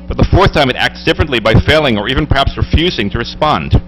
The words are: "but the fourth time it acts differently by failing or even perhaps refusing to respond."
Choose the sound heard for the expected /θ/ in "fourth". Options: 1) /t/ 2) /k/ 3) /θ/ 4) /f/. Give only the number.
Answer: 3